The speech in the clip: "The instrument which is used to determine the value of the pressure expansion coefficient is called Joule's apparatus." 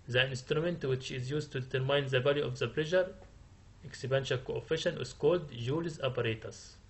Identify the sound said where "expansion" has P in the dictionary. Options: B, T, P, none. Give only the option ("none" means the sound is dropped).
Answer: B